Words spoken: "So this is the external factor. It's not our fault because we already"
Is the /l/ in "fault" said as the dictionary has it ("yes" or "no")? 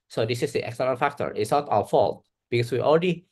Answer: yes